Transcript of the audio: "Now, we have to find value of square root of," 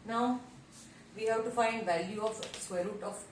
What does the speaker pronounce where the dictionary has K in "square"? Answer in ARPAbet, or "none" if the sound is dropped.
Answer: none